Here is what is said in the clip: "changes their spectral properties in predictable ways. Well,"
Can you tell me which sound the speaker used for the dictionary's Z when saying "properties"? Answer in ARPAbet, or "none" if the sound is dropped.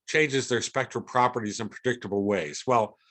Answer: Z